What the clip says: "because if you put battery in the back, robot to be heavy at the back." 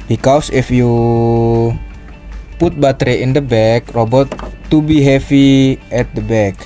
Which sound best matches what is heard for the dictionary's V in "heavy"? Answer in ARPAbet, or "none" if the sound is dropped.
F